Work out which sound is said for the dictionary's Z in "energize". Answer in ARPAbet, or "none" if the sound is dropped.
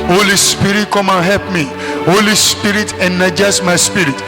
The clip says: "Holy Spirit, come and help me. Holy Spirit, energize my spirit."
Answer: S